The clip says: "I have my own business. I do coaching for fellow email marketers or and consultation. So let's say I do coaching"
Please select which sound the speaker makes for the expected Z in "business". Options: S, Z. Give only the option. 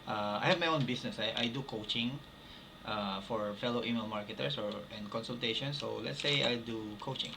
S